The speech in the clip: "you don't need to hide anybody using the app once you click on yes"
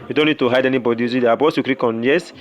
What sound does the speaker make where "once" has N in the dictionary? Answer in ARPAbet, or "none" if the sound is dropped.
none